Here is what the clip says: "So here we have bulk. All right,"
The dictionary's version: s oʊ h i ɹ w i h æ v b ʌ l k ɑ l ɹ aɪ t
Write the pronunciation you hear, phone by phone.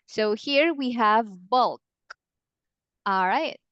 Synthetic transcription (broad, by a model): s oʊ h i ɹ w i h æ v b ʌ l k ɑ l ɹ aɪ t